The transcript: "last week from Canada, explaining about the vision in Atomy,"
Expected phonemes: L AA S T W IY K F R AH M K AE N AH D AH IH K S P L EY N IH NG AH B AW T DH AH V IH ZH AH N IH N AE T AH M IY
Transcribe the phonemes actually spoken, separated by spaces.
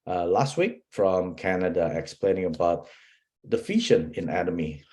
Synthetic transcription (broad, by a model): L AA S T W IY K F R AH M K AE N AH D AH IH K S P L EY N IH NG AH B AW T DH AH F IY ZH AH N IH N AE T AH M IY